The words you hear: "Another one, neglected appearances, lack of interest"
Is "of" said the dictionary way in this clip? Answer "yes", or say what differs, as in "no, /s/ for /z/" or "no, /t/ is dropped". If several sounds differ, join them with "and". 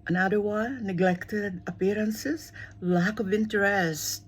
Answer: yes